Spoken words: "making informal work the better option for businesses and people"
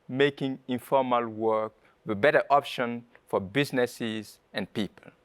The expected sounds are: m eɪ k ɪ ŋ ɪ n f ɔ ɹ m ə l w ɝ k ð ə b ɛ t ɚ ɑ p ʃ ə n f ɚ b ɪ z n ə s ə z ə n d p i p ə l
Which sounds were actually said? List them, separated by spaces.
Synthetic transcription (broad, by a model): m eɪ k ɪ ŋ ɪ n f ɔ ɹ m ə l w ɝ k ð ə b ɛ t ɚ ɑ p ʃ ə n f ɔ b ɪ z n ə s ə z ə n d p i p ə l